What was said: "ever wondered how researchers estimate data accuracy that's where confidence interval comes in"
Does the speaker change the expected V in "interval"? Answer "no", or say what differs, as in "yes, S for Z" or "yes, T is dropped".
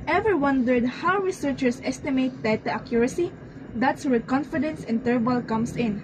yes, B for V